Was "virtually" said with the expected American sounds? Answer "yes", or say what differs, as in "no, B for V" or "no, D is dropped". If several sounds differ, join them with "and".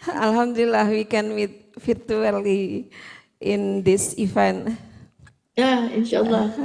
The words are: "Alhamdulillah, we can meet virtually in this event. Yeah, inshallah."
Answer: no, F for V